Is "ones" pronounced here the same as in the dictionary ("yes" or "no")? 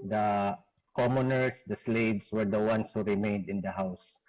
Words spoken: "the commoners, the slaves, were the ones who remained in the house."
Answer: no